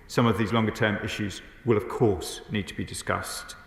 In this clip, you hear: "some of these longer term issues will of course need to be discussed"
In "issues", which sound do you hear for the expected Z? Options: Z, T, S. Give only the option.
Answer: Z